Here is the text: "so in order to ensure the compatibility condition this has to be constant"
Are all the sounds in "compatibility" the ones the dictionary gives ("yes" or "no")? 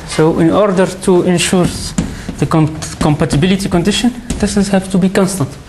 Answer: yes